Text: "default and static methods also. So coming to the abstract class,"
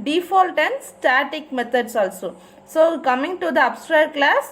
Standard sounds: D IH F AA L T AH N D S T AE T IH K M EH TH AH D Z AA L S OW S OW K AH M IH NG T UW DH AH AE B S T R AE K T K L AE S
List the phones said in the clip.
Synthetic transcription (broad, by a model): D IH F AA L T AH N D S T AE T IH K M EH T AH D S AA L S OW S OW K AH M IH NG T UW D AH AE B S T R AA T K L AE S